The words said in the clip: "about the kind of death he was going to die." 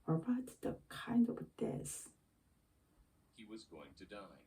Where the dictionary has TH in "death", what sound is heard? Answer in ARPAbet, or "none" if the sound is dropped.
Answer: S